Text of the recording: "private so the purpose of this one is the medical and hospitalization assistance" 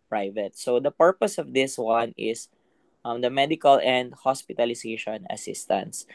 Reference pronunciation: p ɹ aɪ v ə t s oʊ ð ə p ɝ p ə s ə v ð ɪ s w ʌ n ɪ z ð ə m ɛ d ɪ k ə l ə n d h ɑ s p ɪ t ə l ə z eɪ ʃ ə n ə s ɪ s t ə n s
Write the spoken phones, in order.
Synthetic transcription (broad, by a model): p ɹ aɪ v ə t s oʊ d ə p ɝ p ə s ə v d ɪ s w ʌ n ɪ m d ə m ɛ d ɪ k ə l ə n d h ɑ s p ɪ t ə l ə s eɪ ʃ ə n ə s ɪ s t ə n s